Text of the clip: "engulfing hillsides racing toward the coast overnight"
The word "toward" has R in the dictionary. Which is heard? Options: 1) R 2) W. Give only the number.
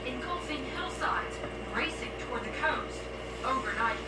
1